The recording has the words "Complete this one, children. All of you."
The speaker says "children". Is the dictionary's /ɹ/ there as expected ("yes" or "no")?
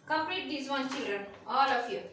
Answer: yes